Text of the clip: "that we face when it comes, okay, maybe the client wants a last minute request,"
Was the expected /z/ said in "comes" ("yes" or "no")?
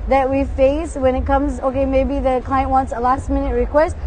yes